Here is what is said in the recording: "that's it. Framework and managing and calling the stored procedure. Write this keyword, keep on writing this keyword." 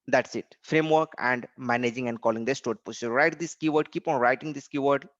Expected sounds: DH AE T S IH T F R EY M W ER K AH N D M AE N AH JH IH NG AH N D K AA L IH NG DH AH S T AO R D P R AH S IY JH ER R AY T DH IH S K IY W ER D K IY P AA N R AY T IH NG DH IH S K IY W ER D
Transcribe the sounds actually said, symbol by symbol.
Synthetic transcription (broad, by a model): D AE T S IH T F R EY M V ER K AH N D M AE N AH JH IH NG AH N D K AA L IH NG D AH S T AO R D P AH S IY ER R AY T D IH S K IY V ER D K IY P AA N R AY T IH NG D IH S K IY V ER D